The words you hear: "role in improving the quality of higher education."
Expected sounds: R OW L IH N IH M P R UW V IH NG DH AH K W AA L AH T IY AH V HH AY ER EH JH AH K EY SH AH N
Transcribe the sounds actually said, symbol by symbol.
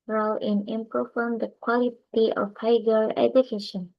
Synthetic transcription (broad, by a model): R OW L IH N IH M P R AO F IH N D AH K W AA L AH T IY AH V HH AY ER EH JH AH K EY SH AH N